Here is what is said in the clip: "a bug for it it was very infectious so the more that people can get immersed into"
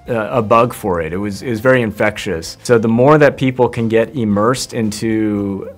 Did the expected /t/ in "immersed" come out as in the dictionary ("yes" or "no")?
yes